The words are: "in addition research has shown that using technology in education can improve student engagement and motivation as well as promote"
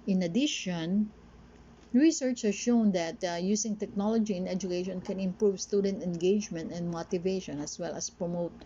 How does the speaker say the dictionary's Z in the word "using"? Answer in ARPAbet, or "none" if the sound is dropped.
S